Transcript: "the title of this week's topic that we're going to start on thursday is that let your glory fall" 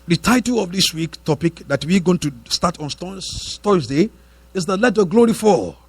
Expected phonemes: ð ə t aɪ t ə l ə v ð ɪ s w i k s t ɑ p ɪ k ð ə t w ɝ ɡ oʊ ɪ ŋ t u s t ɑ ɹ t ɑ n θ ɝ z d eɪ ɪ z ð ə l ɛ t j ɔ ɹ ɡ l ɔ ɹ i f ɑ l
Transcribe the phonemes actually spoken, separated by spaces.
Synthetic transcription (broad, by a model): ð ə t aɪ t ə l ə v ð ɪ s w i k t ɑ p ɪ k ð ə t w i ɡ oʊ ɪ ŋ t u s t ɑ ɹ t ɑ n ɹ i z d eɪ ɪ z ð ə l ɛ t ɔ ɡ l ɔ ɹ i f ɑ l